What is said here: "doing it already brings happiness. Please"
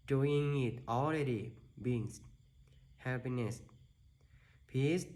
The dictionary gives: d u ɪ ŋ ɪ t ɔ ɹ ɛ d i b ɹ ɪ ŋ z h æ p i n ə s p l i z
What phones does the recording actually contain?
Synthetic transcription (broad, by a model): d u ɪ ŋ ɪ t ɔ l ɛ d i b ɪ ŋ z h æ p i n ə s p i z